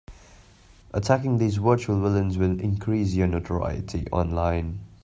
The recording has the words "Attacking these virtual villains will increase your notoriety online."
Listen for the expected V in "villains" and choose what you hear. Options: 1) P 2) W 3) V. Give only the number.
2